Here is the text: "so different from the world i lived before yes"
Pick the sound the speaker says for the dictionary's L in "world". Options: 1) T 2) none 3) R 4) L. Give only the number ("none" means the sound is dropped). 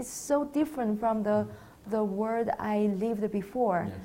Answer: 2